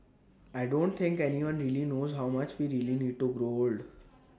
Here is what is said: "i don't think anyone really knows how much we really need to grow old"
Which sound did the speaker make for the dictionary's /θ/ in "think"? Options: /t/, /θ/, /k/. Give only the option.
/t/